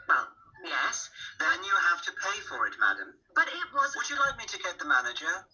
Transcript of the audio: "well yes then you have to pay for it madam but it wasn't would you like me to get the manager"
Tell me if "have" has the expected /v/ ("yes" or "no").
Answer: no